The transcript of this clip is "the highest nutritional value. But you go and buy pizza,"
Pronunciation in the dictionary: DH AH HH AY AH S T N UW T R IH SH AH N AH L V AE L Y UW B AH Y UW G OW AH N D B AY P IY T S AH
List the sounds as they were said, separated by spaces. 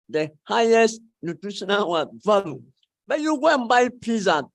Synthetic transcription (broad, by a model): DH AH HH AY AH S T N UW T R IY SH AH N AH W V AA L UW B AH Y UW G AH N B AY P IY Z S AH